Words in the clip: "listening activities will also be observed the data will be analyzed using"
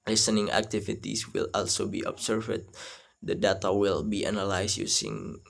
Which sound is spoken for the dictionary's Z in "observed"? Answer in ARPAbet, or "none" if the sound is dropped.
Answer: S